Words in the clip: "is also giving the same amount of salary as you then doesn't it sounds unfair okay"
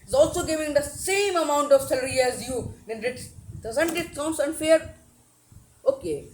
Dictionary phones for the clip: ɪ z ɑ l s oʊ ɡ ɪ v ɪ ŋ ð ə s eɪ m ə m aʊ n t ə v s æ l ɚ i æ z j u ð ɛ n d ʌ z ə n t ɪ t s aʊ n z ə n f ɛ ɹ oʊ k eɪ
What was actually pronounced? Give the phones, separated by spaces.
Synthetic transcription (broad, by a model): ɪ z ɑ l s oʊ ɡ ɪ v ɪ ŋ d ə s eɪ m ə m aʊ n t ə v s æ l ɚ i æ z j u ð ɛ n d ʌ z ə n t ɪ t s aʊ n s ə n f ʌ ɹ oʊ k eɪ